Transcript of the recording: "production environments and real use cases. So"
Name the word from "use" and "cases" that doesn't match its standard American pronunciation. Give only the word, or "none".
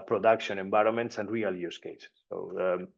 cases